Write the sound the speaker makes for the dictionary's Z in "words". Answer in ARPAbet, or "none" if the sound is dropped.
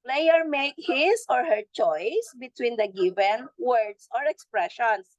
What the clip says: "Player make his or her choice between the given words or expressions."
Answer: S